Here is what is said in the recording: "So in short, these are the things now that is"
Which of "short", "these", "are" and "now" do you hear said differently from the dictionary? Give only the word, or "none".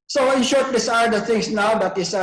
these